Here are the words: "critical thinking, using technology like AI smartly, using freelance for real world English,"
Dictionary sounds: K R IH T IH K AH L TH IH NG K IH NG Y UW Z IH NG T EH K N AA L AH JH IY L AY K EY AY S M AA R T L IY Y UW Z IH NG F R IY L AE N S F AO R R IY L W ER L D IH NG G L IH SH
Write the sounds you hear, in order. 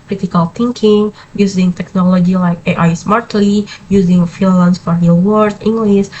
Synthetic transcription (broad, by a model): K R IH T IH K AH L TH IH NG K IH NG Y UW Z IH NG T EH K N AA L AH JH IY L AY K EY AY S M AA R T L IY Y UW Z IH NG F IY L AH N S F AO R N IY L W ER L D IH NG G L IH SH